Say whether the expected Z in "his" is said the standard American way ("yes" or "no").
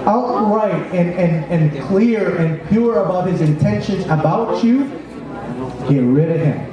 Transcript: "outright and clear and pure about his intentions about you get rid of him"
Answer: yes